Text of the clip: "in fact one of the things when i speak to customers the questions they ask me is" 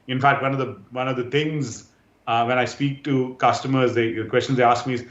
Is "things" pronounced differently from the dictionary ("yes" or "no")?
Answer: yes